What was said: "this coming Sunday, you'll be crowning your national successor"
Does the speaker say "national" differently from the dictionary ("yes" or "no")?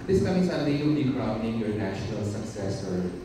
no